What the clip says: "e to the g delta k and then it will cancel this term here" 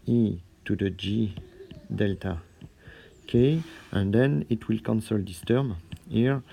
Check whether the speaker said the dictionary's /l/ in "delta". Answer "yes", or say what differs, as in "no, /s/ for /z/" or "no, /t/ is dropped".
yes